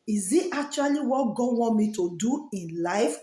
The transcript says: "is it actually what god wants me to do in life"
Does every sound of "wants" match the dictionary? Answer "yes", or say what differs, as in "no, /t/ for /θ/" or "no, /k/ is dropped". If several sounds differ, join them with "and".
no, /s/ is dropped